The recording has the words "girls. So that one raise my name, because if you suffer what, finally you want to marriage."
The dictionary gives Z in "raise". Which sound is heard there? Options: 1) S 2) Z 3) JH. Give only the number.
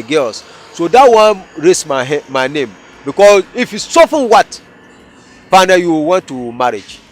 1